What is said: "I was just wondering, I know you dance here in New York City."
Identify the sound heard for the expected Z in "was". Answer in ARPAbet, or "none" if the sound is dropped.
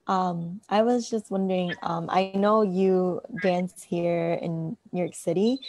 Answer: Z